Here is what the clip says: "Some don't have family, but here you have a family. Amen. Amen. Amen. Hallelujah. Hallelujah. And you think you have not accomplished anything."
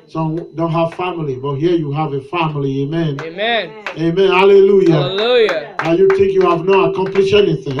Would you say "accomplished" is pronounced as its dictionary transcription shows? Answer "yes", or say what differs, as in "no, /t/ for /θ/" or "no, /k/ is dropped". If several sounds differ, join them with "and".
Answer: no, /t/ is dropped